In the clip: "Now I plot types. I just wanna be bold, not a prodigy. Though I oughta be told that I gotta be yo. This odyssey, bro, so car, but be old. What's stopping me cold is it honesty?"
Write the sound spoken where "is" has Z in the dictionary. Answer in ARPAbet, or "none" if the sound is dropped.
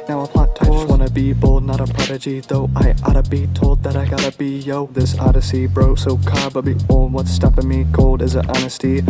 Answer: Z